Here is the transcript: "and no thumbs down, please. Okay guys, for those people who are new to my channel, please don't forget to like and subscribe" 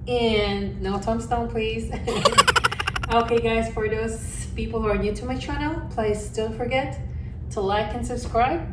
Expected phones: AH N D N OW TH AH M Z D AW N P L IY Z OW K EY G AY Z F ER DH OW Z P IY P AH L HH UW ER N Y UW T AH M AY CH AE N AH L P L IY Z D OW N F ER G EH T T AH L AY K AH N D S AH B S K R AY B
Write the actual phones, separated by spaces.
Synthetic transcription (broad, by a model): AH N N OW T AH M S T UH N P L IY Z OW K EY G AY Z F ER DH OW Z P IY P L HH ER N Y UW T AH M AY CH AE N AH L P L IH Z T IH L F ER G EH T T AH L AY K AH N S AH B S K R AY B